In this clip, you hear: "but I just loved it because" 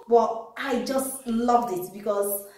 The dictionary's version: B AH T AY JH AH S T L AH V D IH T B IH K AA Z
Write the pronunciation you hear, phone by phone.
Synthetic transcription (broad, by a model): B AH T AY JH AH S T L AH V D IH T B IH K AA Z